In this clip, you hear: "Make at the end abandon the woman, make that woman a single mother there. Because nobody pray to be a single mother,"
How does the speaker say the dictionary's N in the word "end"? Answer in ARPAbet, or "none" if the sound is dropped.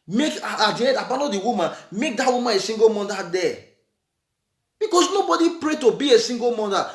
none